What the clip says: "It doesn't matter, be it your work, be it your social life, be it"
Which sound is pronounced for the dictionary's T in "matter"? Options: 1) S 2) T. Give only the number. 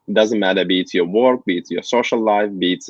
2